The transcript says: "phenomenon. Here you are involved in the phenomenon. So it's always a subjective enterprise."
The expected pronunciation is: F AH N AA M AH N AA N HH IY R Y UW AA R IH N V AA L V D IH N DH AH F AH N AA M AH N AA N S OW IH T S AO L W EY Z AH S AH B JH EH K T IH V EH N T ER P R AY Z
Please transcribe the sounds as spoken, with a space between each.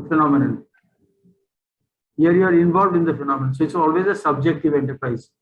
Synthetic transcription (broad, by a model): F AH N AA M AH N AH N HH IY R Y UW AA R IH N V AA L V D IH N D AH F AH N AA M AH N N S OW IH T S AO L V EY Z AH S AH B JH EH K T IH V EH N T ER P R AY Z